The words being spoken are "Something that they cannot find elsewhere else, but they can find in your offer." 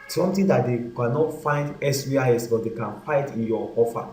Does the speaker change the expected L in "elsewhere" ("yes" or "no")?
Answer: yes